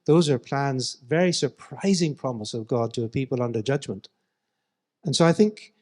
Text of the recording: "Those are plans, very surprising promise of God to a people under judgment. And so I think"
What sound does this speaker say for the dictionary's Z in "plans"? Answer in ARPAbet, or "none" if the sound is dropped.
Z